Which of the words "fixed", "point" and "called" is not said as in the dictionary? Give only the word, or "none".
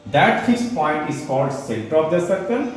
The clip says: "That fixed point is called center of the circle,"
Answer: fixed